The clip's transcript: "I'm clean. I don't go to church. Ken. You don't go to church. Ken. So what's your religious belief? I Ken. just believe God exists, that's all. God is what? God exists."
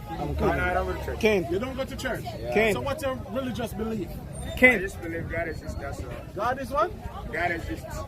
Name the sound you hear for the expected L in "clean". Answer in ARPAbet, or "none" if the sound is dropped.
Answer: none